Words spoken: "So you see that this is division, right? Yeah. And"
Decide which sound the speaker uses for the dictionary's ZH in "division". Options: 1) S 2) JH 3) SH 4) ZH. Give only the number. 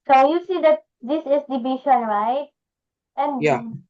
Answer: 3